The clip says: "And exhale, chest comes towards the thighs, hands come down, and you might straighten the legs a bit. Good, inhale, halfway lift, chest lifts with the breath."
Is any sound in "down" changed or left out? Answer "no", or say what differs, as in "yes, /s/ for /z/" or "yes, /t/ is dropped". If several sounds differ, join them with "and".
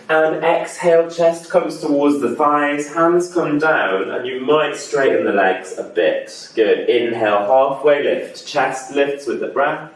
no